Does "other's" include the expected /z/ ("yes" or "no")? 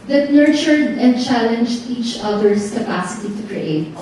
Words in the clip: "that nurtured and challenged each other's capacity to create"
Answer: no